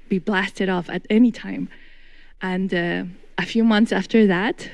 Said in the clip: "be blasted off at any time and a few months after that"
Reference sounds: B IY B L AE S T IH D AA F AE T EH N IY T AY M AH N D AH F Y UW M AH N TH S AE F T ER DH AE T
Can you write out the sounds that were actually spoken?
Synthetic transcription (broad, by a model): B IY B L AE S T IH D AA F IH T EH N IY T AY M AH N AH AH F Y UW M AH N TH S AE F T ER DH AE T